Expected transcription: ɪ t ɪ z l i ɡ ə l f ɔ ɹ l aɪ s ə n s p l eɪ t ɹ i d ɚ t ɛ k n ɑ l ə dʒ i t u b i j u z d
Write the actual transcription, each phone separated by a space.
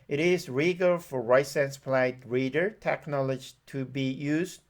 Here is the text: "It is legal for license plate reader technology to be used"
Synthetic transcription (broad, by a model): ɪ t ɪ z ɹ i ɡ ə l f ɔ ɹ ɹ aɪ s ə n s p l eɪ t ɹ i d ɚ t ɛ k n ɑ l ə dʒ i t u b i j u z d